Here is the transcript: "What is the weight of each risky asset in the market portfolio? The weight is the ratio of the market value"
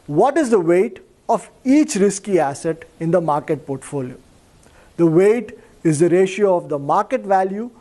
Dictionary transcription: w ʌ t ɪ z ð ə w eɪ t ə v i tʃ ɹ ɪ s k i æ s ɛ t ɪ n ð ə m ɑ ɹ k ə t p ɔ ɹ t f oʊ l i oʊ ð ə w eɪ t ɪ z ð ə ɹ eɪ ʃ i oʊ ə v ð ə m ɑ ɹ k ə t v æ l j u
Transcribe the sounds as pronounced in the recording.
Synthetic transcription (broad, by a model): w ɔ t ɪ z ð ə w eɪ t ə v i tʃ ɹ ɪ s k i æ s ɛ t ɪ n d ə m ɑ ɹ k ə t p ɔ ɹ t f oʊ l i oʊ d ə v eɪ t ɪ z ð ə ɹ eɪ ʃ i oʊ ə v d ə m ɑ ɹ k ə t v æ l j u